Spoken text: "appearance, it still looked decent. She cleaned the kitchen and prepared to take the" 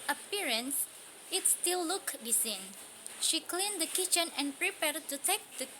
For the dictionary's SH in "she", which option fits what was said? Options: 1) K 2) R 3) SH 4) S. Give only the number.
3